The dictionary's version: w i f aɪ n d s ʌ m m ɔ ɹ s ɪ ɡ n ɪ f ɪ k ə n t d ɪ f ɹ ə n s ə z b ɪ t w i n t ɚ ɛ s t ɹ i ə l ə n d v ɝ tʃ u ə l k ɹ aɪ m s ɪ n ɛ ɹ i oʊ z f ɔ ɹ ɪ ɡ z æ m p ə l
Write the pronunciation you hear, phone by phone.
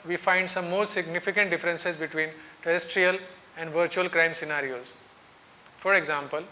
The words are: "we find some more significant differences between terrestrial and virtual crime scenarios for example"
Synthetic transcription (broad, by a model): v i f aɪ n d s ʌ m m ɔ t s ɪ ɡ n ɪ f ɪ k ə n t d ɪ f ɹ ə n s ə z b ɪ t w i n t ɚ ɛ s t ɹ i ə l ə n d v ɝ tʃ u ə l k ɹ aɪ m s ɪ n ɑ ɹ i oʊ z f ɔ ɹ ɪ ɡ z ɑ m p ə l